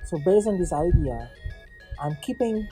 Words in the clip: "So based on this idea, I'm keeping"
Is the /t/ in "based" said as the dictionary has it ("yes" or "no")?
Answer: no